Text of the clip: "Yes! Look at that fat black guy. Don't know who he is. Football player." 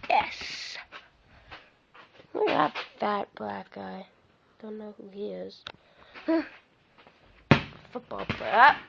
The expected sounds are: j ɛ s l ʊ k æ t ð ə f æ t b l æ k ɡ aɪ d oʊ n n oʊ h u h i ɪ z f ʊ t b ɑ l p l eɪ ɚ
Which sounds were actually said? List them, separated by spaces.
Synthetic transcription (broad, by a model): j ɛ s w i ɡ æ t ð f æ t b l æ k aɪ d oʊ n n oʊ h u h i ɪ z f ʊ t b ɑ l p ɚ